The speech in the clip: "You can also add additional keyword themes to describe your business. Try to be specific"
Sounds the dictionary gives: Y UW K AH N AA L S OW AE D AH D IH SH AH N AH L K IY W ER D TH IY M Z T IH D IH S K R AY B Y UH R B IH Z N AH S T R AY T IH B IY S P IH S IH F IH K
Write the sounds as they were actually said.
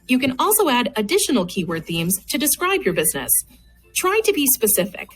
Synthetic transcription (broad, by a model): Y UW K AH N AA L S OW AE D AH D IH SH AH N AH L K IY W ER D TH IY M Z T IH D IH S K R AY B Y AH R B IH Z N AH S T R AY T IH B IY S P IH S IH F IH K